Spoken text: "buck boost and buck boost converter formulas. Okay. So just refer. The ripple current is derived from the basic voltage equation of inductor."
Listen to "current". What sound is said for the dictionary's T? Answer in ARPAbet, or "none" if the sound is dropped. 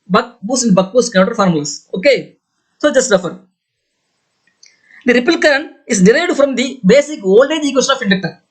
none